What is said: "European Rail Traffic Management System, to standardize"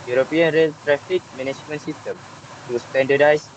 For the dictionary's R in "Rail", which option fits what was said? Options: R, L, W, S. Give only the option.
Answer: R